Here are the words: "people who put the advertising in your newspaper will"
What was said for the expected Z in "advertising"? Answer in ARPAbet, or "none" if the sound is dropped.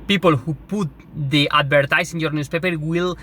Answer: S